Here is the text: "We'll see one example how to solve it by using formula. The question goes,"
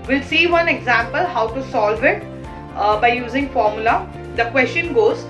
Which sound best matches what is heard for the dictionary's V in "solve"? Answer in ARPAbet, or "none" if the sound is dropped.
V